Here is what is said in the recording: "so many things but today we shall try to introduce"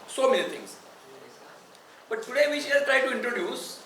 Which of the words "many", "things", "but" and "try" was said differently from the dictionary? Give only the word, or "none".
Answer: things